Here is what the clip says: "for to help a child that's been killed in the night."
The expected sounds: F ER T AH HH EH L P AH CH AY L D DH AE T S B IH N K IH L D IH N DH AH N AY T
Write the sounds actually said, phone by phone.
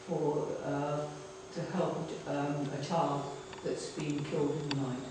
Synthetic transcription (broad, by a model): F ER T AH HH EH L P AH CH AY D DH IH T S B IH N K IH L D IH N DH AH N AY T